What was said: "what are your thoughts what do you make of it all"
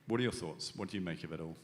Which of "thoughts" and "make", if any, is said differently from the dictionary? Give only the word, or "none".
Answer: none